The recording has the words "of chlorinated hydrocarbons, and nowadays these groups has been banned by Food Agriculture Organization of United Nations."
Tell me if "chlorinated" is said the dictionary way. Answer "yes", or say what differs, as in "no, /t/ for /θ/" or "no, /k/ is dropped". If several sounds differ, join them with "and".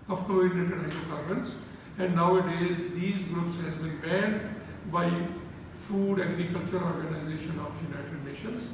no, /l/ is dropped and /ɹ/ is dropped